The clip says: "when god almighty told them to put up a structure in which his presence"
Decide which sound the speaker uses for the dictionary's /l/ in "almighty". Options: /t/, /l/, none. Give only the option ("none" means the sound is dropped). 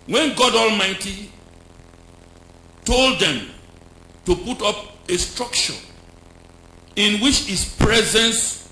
/l/